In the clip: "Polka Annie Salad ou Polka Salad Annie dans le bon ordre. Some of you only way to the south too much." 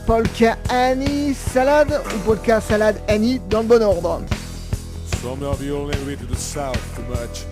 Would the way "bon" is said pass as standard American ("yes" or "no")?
yes